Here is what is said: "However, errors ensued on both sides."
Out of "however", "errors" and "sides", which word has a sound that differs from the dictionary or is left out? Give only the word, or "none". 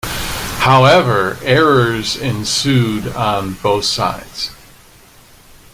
none